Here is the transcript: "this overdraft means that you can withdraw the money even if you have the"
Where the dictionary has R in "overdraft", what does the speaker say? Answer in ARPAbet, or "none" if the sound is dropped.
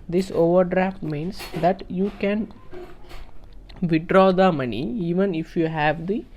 R